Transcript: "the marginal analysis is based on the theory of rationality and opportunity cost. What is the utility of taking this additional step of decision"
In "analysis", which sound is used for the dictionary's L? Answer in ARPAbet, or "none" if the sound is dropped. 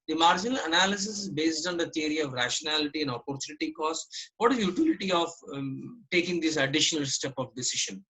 L